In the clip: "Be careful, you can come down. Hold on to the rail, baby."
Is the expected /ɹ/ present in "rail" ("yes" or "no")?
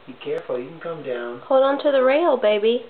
yes